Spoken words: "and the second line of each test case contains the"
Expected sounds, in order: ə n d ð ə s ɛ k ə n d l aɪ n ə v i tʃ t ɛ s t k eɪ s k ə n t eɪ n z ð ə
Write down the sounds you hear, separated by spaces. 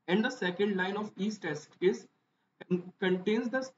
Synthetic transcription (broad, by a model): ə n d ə s ɛ k ə n d l aɪ n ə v i s t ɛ s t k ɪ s k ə n t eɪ n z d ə